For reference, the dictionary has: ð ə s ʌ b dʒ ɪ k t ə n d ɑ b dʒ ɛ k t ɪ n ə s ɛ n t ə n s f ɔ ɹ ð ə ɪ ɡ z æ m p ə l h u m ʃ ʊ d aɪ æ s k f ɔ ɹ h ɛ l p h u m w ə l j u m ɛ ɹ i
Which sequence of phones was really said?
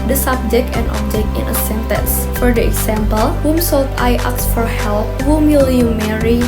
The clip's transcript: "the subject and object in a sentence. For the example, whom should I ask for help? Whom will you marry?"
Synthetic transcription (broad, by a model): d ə s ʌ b dʒ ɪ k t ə n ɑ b dʒ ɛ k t ɪ n ə s ɛ n t ə n s f ɔ ɹ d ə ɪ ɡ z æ m p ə l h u m s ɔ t aɪ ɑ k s f ɔ ɹ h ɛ l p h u m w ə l j u m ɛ ɹ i